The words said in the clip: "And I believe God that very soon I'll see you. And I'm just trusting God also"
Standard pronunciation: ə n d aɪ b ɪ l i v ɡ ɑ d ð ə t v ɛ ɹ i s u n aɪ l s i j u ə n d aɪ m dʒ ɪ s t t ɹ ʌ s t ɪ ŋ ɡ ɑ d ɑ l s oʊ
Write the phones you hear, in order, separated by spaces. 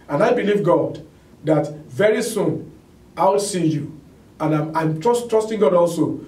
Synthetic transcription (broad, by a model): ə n aɪ b ɪ l i v ɡ ɑ d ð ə t v ɛ ɹ i s u n aɪ w s i j u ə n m aɪ m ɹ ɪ s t t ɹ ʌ s t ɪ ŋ ɡ ɑ d ɑ l s oʊ